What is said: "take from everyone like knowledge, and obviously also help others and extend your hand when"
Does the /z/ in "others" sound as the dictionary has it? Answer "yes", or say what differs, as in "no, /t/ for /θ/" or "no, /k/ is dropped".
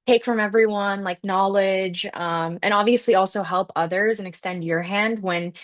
yes